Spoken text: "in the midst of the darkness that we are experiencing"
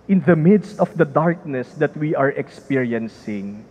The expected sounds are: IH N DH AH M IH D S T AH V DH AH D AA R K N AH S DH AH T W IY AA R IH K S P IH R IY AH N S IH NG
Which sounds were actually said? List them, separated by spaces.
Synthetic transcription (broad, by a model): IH N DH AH M IH D S T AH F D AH D AA R K N AH S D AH T W IY AA R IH K S P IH R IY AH N S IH NG